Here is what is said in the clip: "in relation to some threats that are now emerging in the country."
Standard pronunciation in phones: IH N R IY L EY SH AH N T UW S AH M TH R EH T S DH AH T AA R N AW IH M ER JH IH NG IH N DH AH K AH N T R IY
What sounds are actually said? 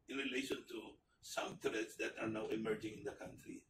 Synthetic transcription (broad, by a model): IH N R IY L EY SH AH N T UW S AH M T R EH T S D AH T AA R N AW IH M ER JH IH NG IH N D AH K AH N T R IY